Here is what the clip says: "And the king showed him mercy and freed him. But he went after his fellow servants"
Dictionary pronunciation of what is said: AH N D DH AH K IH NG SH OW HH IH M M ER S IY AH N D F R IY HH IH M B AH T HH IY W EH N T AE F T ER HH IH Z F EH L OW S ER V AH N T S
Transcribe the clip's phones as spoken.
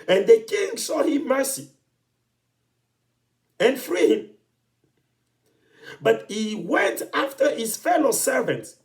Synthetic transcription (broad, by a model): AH N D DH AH K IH NG S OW HH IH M M ER S IY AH N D F R IY HH IH M B AH T HH IY W EH N T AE F T ER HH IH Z F EH L OW S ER V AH N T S